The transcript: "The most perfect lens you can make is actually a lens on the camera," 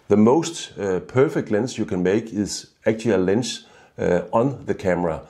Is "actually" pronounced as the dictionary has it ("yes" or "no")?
no